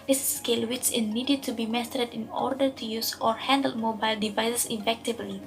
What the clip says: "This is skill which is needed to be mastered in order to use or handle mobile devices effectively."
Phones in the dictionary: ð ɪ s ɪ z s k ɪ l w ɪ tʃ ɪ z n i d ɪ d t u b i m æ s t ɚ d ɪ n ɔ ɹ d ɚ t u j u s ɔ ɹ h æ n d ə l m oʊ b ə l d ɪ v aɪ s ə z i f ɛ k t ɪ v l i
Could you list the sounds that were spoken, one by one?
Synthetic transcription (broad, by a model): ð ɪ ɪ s k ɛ l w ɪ s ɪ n n i d ɪ d t u b i m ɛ s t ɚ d ɪ n ɔ ɹ d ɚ t u j u s ɔ ɹ h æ n d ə l m oʊ b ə l d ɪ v aɪ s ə s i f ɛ k t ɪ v l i